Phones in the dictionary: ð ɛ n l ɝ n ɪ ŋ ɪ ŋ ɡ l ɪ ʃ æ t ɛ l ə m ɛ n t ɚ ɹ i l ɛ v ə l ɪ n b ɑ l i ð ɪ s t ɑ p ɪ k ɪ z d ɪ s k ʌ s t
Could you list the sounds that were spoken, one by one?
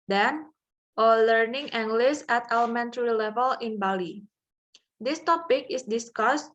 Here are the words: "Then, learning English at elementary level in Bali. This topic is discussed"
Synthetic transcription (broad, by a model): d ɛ n l ɝ n ɪ ŋ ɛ ŋ ɡ l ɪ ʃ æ t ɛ l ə m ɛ n t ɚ ɹ i l ɛ v ə l ɪ n b ɑ l i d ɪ s t ɑ p ɪ k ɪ s d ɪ s k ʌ s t